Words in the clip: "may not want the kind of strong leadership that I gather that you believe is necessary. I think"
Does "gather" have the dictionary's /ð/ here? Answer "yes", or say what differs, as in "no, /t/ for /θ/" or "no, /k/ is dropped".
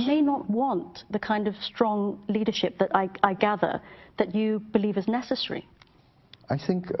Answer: yes